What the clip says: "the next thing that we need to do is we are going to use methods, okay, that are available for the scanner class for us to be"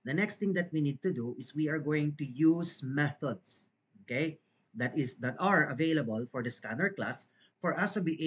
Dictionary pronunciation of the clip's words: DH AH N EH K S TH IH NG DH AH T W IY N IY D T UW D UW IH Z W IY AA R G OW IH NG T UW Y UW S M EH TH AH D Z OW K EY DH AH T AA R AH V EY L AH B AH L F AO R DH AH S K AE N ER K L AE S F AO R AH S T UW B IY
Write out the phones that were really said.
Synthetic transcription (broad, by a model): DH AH N EH K S T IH NG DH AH T W IY N IY D T UW D UW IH S W IY AA R G OW IH NG T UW Y UW S M EH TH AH D S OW K EY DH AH T AA R AH V EY L AH B AH L F AO R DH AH S K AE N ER K L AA S F AO R AH S T UW B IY